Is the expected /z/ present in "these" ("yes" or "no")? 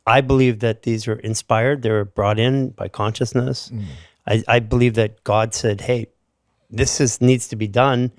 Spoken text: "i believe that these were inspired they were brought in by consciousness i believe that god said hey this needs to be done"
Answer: yes